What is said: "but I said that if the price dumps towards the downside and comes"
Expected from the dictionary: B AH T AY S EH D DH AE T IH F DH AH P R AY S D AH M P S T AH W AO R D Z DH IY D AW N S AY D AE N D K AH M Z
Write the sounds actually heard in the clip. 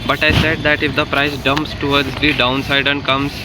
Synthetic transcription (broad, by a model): B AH T AY S EH D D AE T IH F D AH P R AY S D AH M P S T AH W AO R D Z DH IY D AW N S AY D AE N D K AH M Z